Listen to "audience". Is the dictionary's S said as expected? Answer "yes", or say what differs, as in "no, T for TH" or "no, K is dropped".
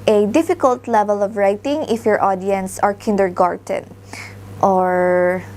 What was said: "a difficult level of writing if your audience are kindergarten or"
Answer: yes